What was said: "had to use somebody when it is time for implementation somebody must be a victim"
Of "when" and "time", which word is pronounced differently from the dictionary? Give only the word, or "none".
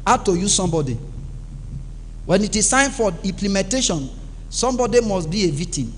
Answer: time